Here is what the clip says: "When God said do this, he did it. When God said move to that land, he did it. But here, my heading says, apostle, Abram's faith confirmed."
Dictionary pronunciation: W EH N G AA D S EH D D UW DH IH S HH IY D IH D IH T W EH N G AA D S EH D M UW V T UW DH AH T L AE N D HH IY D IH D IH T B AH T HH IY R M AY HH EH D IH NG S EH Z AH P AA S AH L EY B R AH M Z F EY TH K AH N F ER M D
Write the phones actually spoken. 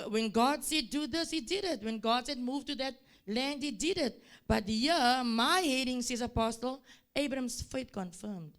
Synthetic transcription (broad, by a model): W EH N G AA D S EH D D UW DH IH S HH IY D IH D IH T W EH N G AA D S EH D M UW V T UW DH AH T L AE N D HH IY D IH D IH T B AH T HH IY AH M AY HH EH D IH NG S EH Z AH P AA S AH L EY B R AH M S F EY T K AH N F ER M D